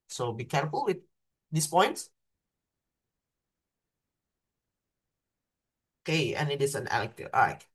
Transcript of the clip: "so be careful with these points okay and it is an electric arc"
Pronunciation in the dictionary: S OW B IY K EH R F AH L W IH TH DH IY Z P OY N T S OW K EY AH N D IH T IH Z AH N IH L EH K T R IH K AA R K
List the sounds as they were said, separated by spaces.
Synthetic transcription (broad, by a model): S OW B IY K EH R F AH L W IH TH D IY S P OY N T S OW K EY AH N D IH T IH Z AH N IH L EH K T IH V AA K